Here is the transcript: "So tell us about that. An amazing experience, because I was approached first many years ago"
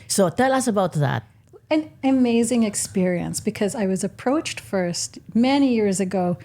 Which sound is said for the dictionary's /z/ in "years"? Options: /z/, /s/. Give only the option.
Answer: /z/